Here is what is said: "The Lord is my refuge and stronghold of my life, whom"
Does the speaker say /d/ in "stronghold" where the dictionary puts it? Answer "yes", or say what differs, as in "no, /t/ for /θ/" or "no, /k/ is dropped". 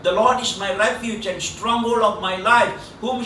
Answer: no, /d/ is dropped